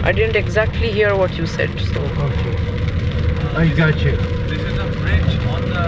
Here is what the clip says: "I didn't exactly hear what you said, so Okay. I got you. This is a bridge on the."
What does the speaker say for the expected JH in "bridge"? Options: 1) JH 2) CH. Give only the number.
2